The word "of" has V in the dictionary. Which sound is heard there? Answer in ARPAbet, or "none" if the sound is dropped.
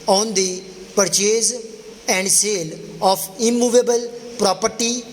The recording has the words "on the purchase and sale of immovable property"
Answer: P